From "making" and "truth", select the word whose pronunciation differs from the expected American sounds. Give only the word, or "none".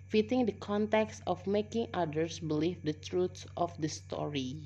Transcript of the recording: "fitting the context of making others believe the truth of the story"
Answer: truth